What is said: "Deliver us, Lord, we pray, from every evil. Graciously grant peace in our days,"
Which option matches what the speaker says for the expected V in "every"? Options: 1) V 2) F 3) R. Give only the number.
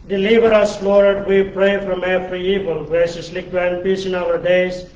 2